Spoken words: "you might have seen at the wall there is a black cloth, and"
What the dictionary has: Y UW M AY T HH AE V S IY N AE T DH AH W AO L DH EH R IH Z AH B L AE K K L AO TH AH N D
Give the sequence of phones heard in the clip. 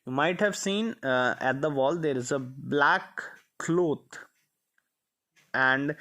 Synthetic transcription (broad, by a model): Y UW M AY T HH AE V S IY N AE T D AH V AO L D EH R IH Z AH B L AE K K L AO T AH N D